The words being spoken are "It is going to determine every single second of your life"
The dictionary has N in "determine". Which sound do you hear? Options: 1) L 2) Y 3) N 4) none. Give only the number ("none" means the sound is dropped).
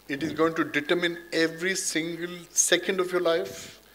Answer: 3